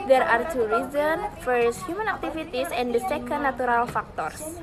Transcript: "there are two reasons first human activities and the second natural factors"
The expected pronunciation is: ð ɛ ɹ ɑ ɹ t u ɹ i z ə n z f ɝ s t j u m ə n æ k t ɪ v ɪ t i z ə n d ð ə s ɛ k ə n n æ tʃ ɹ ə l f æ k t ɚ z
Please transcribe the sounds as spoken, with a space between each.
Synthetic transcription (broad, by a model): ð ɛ ɹ ɑ ɹ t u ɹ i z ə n f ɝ s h j u m ə n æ k t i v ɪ t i s ə n d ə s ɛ k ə n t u ɹ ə l f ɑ k t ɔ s